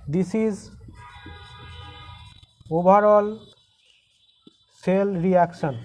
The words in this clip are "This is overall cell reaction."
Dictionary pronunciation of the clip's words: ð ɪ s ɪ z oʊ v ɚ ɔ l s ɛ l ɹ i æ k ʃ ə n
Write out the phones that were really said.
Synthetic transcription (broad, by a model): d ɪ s ɪ z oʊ b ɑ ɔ l s ɛ l ɹ i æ k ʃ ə n